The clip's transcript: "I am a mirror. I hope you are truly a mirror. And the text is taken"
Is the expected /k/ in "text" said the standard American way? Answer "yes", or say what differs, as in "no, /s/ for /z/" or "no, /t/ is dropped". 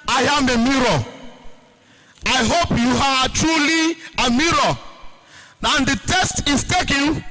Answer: no, /k/ is dropped